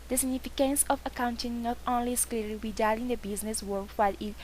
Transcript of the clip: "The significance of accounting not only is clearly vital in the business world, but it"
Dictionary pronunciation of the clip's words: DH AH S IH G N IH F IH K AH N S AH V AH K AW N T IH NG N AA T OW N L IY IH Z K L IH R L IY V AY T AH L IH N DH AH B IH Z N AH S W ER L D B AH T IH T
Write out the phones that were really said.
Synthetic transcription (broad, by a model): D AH S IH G N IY F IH K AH N S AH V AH K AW N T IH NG N AA T OW N L IY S K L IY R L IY B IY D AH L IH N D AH B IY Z N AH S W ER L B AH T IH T